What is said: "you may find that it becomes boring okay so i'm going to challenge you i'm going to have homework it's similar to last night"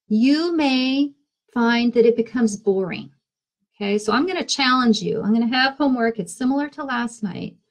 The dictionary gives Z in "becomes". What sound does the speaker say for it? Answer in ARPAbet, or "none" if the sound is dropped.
Z